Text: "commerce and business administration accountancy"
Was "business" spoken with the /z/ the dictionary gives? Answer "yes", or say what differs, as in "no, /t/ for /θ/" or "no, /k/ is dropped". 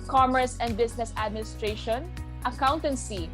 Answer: no, /s/ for /z/